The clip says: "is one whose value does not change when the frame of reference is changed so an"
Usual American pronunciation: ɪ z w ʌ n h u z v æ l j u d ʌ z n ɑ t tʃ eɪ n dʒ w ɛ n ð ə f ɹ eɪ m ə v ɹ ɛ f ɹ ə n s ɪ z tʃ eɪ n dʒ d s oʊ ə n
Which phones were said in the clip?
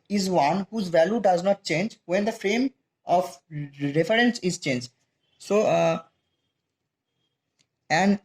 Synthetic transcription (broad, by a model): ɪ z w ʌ n h u z v æ l j u d ʌ z n ɑ t tʃ eɪ n dʒ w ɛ n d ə f ɹ eɪ m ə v ɹ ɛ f ɹ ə n s ɪ z tʃ eɪ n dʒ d s oʊ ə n